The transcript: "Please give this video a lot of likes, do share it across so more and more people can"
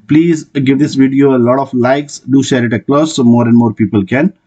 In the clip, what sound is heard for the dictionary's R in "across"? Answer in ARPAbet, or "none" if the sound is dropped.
L